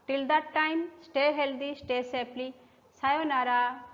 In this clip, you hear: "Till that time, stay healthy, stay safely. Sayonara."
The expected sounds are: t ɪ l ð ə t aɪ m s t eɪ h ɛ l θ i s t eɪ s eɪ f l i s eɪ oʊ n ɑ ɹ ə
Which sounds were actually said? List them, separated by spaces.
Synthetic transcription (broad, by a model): t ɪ l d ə t aɪ m s t eɪ h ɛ l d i s t eɪ s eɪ p l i s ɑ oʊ n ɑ ɹ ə